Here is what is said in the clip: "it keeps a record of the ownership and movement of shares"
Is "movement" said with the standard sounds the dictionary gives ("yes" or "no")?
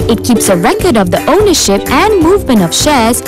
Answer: yes